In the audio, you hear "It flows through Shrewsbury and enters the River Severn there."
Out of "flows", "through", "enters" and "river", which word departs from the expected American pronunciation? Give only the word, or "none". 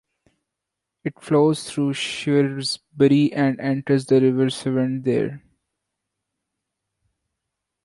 through